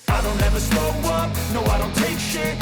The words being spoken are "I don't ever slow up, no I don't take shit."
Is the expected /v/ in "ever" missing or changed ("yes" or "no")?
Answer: no